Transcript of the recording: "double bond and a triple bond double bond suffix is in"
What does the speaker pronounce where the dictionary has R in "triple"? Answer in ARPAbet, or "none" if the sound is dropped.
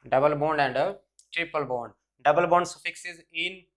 R